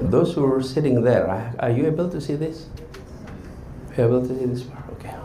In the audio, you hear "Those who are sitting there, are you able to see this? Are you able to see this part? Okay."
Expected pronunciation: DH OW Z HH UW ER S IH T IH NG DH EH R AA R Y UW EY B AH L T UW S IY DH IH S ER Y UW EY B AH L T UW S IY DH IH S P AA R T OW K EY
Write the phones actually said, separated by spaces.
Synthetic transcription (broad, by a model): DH OW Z HH UW ER S IH T IH NG DH EH R AA R Y UW EY B AH L T UW S IY DH IH S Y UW EY B AH L T UW S IY DH IH S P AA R OW K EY